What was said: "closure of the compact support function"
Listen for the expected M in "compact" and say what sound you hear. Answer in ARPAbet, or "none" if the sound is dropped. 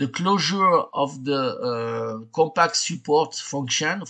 none